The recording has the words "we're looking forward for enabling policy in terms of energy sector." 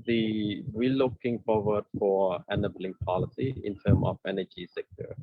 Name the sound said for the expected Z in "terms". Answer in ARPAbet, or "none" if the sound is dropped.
none